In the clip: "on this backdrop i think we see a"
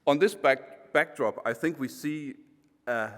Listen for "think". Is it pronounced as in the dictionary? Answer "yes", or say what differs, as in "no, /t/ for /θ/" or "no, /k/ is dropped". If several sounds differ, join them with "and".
yes